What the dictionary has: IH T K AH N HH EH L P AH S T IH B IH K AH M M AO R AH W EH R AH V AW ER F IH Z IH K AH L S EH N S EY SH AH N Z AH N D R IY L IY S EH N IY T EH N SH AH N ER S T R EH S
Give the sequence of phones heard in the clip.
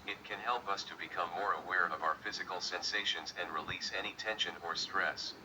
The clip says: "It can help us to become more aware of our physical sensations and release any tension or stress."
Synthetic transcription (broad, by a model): IH T K AH N HH EH L P AH S T IH B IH K AH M M AO R AH W EH R AH V AW ER F IH Z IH K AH L S EH N S EY SH AH N Z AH N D R IY L IY S EH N IY T EH N SH AH N ER S T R EH S